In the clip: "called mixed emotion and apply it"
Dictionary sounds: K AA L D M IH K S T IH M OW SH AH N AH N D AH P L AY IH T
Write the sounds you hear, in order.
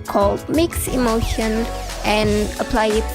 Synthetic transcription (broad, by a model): K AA L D M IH K S IH M OW SH AH N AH N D AH P L AY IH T